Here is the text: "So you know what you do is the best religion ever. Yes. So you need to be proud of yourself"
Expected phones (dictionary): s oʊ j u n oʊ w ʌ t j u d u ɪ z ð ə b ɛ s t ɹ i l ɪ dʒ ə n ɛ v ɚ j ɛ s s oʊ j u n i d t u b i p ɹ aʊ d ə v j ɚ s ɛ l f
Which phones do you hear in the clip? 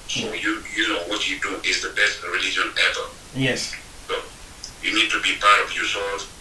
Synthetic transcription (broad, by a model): s oʊ j u n oʊ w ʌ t j u d u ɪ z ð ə b ɛ s t ɹ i l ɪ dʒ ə n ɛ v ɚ j ɛ s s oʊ j u n i d t u b i p aʊ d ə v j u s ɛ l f